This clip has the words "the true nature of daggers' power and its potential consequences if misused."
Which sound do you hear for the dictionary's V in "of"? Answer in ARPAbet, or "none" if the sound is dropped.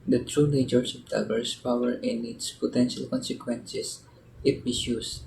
P